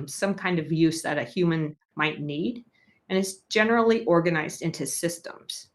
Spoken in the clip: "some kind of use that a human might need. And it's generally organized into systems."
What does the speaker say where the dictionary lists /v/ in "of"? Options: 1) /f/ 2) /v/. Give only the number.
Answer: 2